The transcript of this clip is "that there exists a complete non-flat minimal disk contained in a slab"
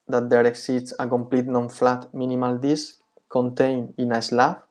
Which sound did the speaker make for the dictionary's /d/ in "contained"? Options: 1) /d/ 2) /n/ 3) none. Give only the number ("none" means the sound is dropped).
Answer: 3